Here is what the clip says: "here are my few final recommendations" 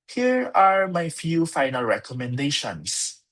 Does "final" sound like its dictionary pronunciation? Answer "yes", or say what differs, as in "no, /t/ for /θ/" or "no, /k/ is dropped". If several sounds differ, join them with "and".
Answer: yes